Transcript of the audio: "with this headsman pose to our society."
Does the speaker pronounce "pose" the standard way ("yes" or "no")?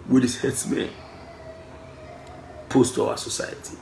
no